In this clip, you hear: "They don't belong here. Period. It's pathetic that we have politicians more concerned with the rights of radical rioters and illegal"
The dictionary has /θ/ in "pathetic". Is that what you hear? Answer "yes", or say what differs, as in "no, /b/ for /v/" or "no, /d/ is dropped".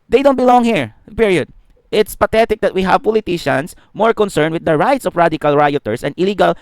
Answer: no, /t/ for /θ/